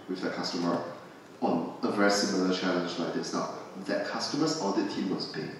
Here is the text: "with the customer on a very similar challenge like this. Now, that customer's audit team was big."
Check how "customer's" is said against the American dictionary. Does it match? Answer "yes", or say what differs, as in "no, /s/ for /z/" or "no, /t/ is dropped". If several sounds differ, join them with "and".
no, /s/ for /z/